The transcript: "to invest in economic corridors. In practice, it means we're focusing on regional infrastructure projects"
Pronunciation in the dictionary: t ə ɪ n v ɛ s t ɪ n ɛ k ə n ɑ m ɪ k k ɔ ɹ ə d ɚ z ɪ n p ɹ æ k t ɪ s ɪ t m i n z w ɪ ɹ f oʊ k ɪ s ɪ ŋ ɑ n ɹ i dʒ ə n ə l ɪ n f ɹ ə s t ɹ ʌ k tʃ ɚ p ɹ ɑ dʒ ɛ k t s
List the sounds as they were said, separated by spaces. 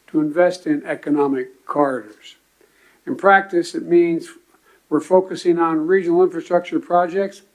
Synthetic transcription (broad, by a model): t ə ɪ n v ɛ s t ɪ n ɛ k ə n ɑ m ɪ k k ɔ ɹ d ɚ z ɪ n p ɹ æ k t ɪ s ɪ t m i n z w ɪ ɹ f oʊ k ɪ s ɪ ŋ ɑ n ɹ i dʒ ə n l ɪ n f ɹ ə s t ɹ ʌ k tʃ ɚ p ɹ ɑ dʒ ɛ k t s